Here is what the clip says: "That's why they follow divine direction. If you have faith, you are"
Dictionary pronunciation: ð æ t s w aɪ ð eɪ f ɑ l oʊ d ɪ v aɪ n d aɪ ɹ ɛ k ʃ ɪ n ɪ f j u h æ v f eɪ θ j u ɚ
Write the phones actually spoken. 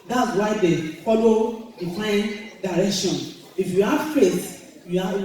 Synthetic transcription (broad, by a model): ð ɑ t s w aɪ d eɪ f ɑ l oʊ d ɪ f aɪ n d aɪ ɹ ɛ k ʃ ɪ n ɪ f j u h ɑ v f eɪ t j u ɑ